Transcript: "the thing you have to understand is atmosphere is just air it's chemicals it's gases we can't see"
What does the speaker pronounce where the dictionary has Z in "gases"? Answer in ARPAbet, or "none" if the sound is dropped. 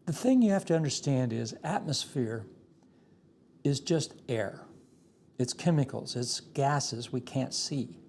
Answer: Z